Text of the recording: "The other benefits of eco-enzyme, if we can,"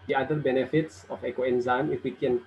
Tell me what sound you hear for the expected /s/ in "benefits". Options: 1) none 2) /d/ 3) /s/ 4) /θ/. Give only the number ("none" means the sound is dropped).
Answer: 3